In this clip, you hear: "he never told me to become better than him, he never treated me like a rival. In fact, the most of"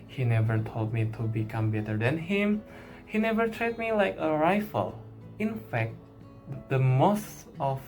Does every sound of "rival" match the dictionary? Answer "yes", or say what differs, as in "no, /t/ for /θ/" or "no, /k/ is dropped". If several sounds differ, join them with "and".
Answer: no, /f/ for /v/